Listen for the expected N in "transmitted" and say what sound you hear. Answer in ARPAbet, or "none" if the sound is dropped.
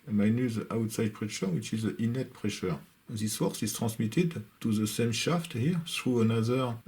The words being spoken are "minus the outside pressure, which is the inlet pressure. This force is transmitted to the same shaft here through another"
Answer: none